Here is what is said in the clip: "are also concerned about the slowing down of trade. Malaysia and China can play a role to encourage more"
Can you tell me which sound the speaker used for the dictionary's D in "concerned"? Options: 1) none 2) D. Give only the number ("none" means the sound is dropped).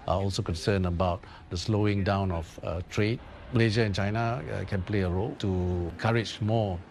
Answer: 1